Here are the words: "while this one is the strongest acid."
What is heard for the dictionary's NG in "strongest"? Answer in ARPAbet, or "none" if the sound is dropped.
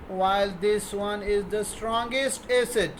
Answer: NG